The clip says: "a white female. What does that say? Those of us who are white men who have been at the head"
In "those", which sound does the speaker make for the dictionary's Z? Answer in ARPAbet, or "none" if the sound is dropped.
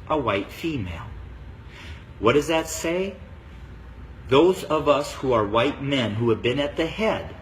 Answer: Z